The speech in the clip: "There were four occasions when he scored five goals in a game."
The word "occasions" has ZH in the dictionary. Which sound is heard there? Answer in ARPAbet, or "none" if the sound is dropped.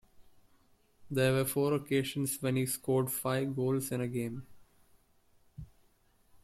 SH